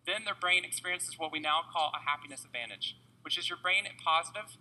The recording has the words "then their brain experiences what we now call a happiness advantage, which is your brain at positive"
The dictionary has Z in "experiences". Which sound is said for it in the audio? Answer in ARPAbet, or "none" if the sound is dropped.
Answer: Z